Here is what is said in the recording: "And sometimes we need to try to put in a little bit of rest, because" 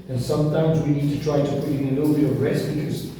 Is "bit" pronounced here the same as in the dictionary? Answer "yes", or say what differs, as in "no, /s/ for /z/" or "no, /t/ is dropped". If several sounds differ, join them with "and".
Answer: no, /t/ is dropped